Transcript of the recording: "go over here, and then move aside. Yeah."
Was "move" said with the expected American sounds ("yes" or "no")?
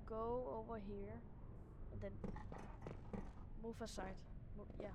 no